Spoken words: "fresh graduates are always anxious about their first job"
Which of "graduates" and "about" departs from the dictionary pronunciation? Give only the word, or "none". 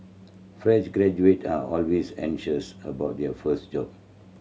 graduates